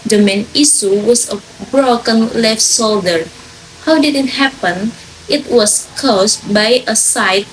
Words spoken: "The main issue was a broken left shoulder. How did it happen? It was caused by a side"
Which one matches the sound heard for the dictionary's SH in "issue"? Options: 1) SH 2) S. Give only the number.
2